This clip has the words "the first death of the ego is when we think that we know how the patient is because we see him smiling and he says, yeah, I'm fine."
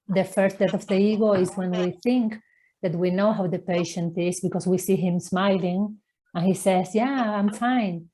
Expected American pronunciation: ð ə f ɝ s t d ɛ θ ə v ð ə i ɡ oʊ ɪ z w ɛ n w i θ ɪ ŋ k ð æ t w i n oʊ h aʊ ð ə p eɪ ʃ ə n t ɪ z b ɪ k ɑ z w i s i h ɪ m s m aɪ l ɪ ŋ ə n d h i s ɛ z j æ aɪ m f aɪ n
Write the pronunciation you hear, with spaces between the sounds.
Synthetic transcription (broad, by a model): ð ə f ɝ s t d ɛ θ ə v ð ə i ɡ oʊ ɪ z w ɛ n w i θ ɪ ŋ k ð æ t w i n oʊ h aʊ ð ə p eɪ ʃ ə n t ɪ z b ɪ k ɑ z w i s i h ɪ m s m aɪ l ɪ ŋ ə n h i s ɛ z j æ aɪ m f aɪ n